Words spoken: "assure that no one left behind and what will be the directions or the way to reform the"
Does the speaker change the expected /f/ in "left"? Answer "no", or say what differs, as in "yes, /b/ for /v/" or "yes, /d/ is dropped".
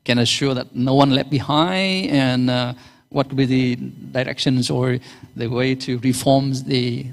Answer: yes, /f/ is dropped